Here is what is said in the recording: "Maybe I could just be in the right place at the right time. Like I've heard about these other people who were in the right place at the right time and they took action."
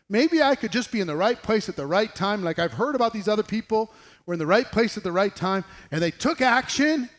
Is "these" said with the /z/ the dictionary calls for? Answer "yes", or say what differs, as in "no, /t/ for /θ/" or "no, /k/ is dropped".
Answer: yes